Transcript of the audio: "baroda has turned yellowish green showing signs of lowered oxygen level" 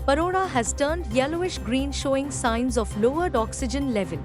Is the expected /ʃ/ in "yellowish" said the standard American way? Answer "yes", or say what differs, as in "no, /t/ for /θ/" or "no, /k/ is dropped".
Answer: yes